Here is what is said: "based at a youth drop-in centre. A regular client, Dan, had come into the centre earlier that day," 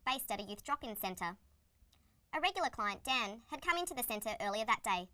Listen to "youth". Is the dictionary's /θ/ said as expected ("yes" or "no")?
yes